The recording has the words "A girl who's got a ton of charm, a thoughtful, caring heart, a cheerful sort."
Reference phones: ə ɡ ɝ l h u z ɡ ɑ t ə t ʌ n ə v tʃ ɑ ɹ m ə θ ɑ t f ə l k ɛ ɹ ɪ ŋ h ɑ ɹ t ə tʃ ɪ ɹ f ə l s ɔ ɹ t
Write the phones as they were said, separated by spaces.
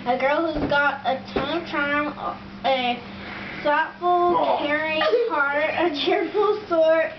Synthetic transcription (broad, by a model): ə ɡ ɝ l h u z ɡ ɑ t ə t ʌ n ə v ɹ ɑ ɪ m ə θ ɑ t f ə l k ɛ ɹ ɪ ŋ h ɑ ɹ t ə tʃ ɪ ɹ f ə l s ɔ ɹ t